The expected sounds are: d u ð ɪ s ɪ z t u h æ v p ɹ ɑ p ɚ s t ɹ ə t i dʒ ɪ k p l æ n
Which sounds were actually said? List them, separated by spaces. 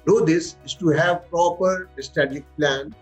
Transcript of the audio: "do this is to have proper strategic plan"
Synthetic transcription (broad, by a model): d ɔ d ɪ s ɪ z t u h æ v p ɹ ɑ p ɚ s t ə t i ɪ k p l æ n